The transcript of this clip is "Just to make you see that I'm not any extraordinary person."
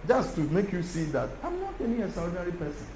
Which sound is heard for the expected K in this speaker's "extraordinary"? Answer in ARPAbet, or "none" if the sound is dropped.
none